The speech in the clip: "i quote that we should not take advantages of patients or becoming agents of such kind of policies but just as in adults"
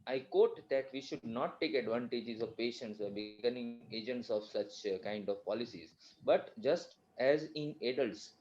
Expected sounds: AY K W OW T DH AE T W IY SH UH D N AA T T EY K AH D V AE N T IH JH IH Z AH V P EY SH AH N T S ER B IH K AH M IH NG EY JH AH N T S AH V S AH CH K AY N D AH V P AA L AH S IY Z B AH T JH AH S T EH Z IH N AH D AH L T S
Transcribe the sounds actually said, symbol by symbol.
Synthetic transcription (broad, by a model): AY K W OW T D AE T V IY SH UH D N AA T T EY K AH D V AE N T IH JH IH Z AH V P EY SH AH N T S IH B IH K AH M IH NG EY JH AH N T S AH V S AH CH K AY N D AH V P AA L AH S IY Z B AH T JH AH S T EH Z IH N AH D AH L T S